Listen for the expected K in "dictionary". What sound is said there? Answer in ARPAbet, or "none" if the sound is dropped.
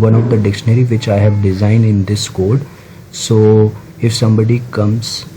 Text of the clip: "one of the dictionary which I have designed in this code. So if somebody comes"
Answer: K